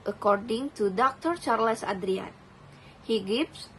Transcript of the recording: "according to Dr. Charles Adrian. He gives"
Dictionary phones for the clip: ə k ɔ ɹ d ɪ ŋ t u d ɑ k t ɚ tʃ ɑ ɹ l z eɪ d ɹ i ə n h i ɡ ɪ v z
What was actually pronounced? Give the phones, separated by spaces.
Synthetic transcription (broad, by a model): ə k ɔ ɹ d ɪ ŋ t u d ɑ k t ɚ tʃ ɑ ɹ l s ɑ d ɹ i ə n h i ɡ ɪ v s